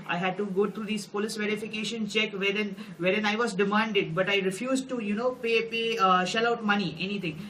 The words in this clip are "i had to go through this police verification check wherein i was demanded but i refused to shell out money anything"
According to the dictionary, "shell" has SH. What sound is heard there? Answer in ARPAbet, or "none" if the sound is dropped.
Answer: SH